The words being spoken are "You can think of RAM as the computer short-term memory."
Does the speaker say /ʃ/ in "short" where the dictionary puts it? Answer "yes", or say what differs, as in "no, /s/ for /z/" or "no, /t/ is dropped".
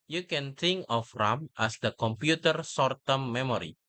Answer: no, /s/ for /ʃ/